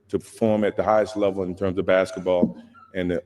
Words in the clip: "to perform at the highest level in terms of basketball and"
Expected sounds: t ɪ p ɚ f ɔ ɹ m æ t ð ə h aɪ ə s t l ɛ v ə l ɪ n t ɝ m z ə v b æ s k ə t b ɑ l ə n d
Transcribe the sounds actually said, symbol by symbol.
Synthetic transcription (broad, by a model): t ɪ p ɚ f ɔ ɹ m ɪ t ð ə h aɪ ə s t l ɛ v l ɪ n t ɝ m z ə v b æ s k ə t b ɑ l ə n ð